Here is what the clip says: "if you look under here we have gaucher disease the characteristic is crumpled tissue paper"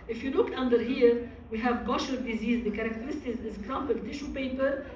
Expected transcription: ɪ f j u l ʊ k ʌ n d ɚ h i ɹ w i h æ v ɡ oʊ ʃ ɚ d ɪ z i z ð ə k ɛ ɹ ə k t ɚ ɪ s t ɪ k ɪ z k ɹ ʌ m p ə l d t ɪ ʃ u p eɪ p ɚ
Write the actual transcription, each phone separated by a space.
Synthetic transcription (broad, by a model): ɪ f j u l ʊ k ʌ n d ɚ h i ɹ w i h æ v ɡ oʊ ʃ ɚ d ɪ z i z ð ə k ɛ ɹ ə k t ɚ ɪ s t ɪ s ɪ z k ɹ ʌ m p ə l t ɪ ʃ u p eɪ p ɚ